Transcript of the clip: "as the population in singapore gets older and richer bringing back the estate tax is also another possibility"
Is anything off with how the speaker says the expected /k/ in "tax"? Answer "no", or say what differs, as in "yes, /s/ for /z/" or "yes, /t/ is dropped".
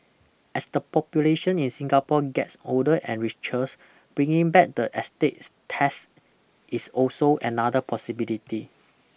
yes, /k/ is dropped